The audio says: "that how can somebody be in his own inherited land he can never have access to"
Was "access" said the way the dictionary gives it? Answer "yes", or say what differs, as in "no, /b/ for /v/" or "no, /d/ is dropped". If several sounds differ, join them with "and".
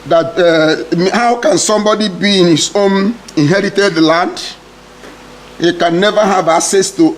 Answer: no, /k/ is dropped